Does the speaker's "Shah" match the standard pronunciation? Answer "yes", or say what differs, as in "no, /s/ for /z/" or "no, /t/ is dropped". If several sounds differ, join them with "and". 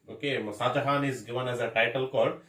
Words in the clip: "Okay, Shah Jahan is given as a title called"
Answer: no, /s/ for /ʃ/